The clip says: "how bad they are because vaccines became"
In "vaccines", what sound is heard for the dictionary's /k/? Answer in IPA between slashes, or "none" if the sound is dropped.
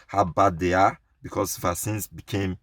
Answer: none